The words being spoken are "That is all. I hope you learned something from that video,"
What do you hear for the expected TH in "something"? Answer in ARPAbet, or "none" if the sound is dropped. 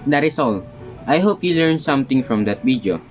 T